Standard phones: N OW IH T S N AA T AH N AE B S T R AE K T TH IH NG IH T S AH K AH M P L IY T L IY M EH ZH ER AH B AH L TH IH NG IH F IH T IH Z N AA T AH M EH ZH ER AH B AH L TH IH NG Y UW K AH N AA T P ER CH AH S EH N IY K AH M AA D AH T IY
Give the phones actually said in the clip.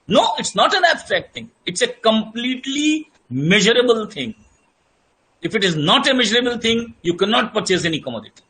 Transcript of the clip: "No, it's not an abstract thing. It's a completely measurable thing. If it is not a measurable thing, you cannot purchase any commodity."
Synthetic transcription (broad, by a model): N OW IH T S N AA T AH N AE B S T R AE K T T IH NG IH T S AH K AH M P L IY T L IY M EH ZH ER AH B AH L T IH NG IH F IH T IH Z N AA T AH M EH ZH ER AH B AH L T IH NG Y UW K AH N AA T P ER CH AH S EH N IY K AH M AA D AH T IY